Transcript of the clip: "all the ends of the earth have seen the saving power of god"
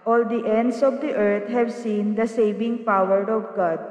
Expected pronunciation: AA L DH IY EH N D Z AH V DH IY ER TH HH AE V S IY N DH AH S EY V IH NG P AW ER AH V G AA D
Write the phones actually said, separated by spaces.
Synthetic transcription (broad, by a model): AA L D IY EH N D S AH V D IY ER T HH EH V S IY N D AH S EY V IH NG P AW ER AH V G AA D